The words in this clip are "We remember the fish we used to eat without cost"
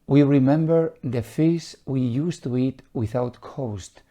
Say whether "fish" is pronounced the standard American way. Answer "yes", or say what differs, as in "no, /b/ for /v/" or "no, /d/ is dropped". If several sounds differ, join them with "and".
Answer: no, /s/ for /ʃ/